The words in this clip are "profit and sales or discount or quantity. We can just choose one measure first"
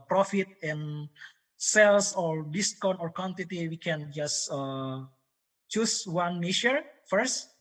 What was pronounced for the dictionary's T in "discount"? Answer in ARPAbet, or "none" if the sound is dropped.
none